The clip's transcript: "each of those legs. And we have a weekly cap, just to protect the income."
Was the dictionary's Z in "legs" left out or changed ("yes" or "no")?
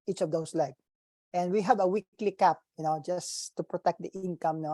yes